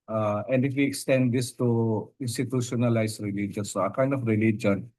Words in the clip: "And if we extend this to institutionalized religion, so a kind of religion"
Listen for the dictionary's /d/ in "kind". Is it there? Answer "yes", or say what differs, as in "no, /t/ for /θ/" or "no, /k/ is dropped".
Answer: yes